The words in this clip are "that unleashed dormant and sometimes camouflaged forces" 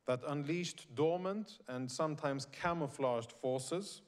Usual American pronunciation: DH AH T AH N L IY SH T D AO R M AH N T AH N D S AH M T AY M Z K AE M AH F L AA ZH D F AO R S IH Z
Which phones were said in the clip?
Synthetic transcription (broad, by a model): DH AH T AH N L IY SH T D AO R M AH N T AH N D S AH M T AY M Z K AE M AH F L AA ZH D F AO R S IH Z